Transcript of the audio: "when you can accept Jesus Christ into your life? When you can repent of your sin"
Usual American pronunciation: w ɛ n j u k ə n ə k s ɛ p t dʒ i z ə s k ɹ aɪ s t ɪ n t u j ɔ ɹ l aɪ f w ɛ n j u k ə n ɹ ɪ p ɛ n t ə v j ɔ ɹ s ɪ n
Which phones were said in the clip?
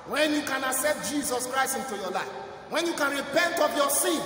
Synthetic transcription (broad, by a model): w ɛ n j u k ə n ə s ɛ t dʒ i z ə s k ɹ aɪ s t ɪ n t u j ɔ l aɪ f w ɛ n j u k ə n ɹ ɪ p ɛ n t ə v j ɔ s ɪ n